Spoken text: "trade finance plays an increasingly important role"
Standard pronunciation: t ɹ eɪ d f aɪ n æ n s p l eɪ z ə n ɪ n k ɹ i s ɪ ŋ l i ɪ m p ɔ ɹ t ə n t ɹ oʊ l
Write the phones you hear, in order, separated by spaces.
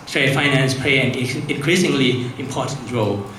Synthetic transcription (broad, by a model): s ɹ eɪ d f aɪ n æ n s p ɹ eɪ ə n ɪ n k ɹ i s ɪ ŋ l i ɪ m p ɔ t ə n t ɹ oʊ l